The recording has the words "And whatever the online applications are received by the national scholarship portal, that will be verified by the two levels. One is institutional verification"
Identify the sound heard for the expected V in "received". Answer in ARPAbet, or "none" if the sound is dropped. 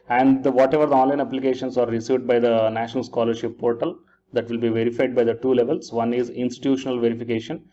V